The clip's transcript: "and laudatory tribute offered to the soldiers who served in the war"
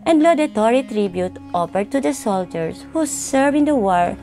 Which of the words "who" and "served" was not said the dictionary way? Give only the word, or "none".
served